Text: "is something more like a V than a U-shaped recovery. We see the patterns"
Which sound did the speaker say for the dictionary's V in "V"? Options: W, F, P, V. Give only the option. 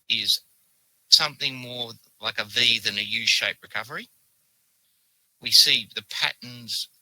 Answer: V